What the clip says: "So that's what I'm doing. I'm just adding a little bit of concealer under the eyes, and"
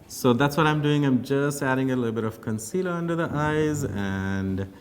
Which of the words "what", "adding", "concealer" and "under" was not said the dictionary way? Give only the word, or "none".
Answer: none